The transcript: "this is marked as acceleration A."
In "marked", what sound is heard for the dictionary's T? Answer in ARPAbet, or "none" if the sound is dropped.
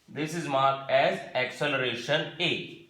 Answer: none